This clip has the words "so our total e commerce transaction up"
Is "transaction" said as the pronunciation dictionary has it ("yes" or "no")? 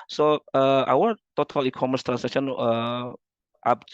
no